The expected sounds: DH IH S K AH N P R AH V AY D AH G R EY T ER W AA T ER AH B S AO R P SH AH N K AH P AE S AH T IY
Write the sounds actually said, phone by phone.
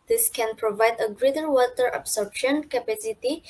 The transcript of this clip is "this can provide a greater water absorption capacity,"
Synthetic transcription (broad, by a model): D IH S K AH N P R AH V AY D AH G R EY T ER W AA T ER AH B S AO R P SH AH N K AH P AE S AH T IY